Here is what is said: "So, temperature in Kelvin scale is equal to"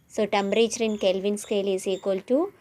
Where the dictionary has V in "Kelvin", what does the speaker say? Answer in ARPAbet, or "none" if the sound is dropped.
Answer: V